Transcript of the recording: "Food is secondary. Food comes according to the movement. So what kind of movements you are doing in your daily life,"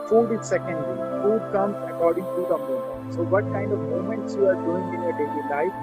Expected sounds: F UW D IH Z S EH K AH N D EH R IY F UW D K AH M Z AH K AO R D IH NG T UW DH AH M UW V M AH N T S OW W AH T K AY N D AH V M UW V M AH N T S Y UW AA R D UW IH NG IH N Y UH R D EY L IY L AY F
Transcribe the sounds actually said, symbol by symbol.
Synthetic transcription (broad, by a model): F UW D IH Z S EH K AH N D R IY F UW D K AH M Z AH K AO R D IH NG T UW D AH M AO M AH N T S OW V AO T K AY N D AH V M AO M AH N T S Y UW AA R D UW IH NG IH N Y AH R D EY L IY L AY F